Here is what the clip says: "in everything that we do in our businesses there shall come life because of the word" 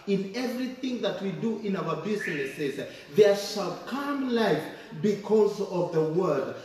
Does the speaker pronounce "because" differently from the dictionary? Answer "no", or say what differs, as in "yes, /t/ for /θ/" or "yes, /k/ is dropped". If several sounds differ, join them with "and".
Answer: no